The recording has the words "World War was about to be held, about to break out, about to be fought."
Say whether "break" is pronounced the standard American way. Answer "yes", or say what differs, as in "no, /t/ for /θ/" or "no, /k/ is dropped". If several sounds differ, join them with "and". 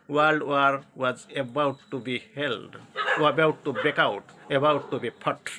no, /ɹ/ is dropped